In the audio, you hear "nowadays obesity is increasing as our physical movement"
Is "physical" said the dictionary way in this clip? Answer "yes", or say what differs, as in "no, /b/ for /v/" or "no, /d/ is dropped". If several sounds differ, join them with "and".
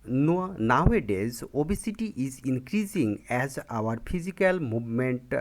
no, /p/ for /f/